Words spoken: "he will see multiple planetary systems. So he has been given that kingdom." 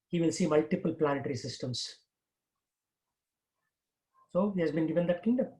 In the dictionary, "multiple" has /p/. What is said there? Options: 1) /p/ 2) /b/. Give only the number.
1